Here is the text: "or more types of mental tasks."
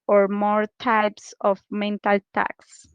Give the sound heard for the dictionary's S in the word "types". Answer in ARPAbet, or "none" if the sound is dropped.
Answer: S